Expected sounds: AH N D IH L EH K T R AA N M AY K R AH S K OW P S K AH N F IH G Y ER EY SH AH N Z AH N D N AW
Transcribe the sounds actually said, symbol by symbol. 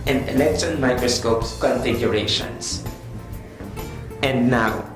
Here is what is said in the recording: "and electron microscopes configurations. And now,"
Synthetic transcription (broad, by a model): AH N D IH L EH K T AA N M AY K R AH S K OW P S K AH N F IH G Y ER EY SH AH N S AH N D N AW